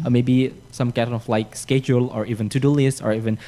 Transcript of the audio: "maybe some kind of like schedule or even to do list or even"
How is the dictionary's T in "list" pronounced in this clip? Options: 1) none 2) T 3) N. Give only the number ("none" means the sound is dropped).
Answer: 1